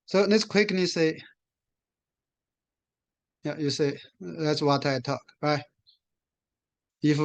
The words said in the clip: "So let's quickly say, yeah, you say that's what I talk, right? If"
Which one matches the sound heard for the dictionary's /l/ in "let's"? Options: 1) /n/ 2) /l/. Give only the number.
1